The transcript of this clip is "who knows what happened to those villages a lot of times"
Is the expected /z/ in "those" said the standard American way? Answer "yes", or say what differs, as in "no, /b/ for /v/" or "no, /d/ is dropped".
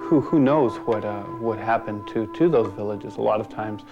yes